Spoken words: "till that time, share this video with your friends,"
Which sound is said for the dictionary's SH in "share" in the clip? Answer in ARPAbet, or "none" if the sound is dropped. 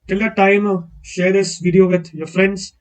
SH